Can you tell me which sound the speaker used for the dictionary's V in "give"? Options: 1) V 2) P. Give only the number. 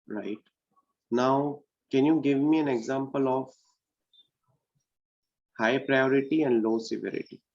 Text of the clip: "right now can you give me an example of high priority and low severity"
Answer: 1